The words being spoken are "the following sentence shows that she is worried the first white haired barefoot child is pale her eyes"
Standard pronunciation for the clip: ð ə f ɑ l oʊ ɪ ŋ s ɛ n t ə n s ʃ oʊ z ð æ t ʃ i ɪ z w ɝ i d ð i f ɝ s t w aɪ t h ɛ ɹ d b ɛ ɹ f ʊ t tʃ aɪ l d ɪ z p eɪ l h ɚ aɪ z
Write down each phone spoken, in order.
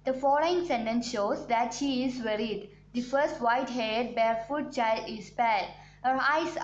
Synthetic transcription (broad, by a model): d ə f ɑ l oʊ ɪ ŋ s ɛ n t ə n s ʃ oʊ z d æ t ʃ i ɪ z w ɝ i d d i f ɝ s t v aɪ t h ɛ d b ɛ ɹ f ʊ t tʃ aɪ l d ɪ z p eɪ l h ɚ aɪ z